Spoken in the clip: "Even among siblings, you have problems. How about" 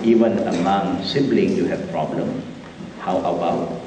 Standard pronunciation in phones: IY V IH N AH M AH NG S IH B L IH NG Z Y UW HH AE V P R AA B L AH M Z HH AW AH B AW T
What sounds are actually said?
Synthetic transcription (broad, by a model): IY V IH N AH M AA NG S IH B L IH NG Y UW HH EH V P R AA B L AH M HH AW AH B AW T